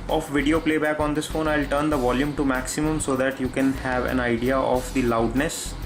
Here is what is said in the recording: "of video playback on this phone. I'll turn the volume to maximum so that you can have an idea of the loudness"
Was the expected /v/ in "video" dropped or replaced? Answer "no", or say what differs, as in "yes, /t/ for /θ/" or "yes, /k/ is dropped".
no